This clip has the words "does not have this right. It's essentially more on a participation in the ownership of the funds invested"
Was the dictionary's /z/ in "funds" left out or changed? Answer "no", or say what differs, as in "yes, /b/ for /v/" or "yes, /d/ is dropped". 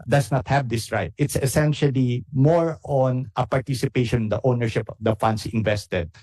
yes, /s/ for /z/